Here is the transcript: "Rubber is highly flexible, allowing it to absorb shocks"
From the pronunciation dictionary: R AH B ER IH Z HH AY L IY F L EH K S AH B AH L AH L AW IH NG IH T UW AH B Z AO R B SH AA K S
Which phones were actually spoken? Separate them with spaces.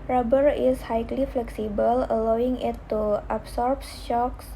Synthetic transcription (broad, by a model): R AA B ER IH S HH AY L IY F L EH K S AH B AH L AH L AW IH NG IH T UW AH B S AO R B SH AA K S